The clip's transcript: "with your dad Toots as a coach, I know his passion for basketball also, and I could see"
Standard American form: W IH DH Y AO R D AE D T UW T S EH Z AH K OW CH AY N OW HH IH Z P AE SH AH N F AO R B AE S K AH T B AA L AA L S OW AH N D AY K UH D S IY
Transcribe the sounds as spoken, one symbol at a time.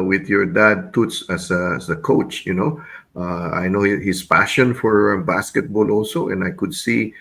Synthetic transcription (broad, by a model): W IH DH Y AO R D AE D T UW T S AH S AH K OW CH AY N OW HH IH S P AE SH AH N F AO R B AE S K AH T B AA L AA L S OW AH N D AY K UH D S IY